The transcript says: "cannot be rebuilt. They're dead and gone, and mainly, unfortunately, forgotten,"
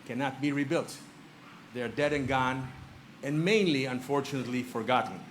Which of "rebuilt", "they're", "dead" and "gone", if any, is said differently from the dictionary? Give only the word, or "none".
none